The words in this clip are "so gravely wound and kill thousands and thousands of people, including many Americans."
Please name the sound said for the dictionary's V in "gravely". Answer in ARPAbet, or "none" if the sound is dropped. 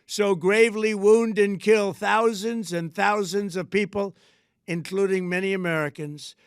V